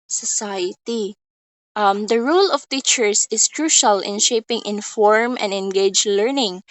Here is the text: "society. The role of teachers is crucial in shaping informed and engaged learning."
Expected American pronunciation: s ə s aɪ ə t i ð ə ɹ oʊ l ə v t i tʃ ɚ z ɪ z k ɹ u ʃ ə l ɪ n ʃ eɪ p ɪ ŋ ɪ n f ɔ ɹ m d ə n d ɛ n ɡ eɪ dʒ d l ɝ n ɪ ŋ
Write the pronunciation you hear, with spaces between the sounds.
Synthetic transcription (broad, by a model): s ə s aɪ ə t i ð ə ɹ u l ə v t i tʃ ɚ s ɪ s k ɹ u ʃ ə l ɪ n ʃ eɪ p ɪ ŋ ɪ n f ɔ ɹ m ə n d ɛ n ɡ eɪ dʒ l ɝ n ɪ ŋ